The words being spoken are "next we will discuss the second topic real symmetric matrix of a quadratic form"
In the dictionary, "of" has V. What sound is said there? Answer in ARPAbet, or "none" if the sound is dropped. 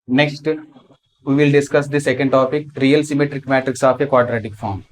P